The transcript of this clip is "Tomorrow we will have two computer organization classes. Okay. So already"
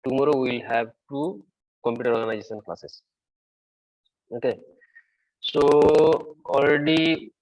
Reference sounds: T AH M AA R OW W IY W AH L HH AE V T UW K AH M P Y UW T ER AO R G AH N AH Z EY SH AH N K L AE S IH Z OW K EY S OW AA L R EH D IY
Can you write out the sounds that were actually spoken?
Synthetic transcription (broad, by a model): T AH M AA R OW W IY L HH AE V T UW K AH M P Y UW T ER AO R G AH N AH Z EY S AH N K L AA S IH S OW K EY S OW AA L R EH D IY